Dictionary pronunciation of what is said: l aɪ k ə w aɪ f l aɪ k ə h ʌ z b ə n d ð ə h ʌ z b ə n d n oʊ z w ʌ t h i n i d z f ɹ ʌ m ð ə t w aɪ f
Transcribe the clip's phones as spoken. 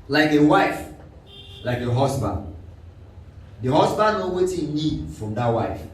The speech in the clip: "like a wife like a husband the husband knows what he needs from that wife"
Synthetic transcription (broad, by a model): l aɪ k ə w aɪ f l aɪ k ə h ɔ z b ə n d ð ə h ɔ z b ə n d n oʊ w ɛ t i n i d f ɹ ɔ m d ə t w aɪ f